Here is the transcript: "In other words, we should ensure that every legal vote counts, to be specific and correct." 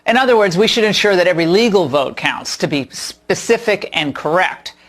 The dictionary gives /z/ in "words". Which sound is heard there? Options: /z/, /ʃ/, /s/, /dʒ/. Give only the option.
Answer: /z/